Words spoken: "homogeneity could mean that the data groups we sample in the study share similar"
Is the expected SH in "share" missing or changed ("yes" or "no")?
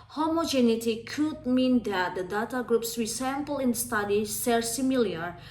yes